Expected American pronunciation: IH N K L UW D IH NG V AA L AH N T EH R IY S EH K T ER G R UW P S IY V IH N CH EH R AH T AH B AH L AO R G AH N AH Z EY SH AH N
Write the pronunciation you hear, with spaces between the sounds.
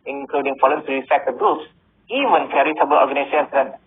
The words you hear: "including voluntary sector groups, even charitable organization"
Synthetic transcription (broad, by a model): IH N K L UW D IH NG F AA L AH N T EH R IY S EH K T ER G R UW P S IY V IH N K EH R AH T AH B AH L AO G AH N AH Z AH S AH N